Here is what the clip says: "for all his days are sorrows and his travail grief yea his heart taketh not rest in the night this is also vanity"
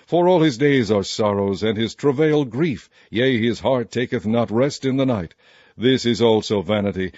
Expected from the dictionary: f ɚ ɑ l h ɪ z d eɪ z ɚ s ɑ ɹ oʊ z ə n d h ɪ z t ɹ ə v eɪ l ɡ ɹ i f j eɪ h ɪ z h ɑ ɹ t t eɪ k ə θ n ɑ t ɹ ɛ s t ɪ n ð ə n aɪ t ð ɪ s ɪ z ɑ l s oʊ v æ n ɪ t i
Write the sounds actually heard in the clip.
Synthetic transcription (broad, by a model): f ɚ ɑ l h ɪ z d eɪ z ɚ s ɑ ɹ oʊ z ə n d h ɪ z t ɹ ə v eɪ l ɡ ɹ i f j eɪ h ɪ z h ɑ ɹ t t eɪ k ə θ n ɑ t ɹ ɛ s t ɪ n ð ə n aɪ t ð ɪ s ɪ z ɑ l s oʊ v æ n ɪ t i